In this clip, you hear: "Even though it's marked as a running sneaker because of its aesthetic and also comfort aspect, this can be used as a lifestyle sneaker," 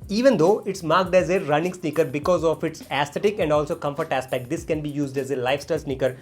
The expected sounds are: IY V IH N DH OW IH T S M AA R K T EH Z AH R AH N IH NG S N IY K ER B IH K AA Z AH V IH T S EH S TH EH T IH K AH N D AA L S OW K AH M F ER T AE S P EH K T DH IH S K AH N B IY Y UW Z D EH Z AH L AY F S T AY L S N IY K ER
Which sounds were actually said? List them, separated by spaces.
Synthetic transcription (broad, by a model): IY V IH N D OW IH T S M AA R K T EH Z AH R AH N IH NG S N IY K ER B IH K AA Z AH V IH T S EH S T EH T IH K AH N D AA L S OW K AH M F ER T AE S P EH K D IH S K AH N B IY Y UW Z D EH Z AH L AY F S T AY L S N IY K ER